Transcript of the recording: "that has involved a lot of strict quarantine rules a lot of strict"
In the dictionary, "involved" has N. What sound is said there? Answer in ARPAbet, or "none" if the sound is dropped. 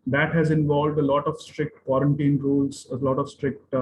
N